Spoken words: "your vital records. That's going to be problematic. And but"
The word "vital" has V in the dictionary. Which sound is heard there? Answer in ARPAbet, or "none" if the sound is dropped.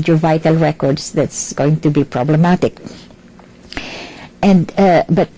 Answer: V